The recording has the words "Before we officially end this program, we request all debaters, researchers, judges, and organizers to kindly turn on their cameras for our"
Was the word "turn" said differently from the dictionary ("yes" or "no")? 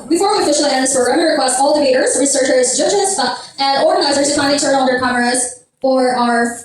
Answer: yes